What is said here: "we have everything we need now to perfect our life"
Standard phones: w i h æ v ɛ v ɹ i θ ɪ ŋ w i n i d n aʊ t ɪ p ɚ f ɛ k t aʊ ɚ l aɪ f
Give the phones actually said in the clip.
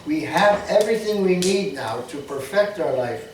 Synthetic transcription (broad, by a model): w i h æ v ɛ v ɹ i θ ɪ ŋ w i n i d n aʊ t ɪ p ɚ f ɛ k t aʊ ɚ l aɪ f